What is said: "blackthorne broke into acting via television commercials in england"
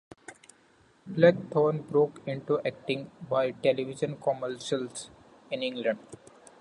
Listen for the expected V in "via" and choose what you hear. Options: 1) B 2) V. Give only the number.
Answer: 1